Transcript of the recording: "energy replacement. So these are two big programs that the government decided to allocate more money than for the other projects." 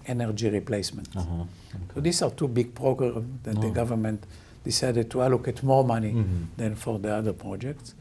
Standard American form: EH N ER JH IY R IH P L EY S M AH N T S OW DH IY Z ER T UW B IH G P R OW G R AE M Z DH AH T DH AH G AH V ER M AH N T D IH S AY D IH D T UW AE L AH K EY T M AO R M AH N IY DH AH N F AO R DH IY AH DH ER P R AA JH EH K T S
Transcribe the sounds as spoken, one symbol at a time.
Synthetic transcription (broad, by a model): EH N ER JH IY R IH P L EY S M AH N T S OW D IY S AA T UW B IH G P R OW G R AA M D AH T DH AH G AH V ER M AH N T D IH S AY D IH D T UW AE L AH K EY T M AO R M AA N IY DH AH N F AO R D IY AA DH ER P R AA JH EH K T S